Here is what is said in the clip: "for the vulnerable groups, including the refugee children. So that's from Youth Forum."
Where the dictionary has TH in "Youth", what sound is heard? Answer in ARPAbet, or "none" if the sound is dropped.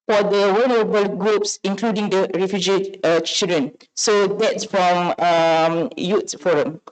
T